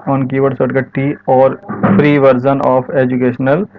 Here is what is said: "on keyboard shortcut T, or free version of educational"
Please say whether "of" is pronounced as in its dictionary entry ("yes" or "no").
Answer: no